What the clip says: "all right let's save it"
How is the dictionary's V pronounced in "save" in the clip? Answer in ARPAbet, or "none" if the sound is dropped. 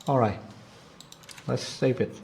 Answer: P